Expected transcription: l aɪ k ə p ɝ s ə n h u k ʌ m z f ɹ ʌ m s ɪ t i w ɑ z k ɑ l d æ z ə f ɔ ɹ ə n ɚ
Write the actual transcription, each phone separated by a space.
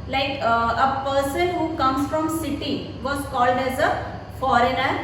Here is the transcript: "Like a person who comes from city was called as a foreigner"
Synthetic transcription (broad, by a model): l aɪ k ə p ɝ s ə n h u k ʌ m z f ɹ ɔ m s ɪ t i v ɑ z k ɑ l d æ z ə f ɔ ɹ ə n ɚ